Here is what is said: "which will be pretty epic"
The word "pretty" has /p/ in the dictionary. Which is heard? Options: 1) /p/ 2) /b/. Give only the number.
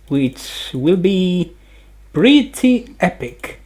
2